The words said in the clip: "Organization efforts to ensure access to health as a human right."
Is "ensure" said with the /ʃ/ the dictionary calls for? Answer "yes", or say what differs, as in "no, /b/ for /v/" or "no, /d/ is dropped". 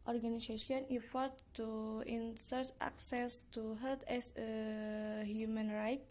no, /s/ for /ʃ/